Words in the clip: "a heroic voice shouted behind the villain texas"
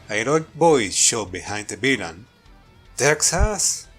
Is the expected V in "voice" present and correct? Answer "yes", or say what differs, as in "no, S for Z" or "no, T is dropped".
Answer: no, B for V